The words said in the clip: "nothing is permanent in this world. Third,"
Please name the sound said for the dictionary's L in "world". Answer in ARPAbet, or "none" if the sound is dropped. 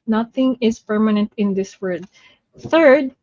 none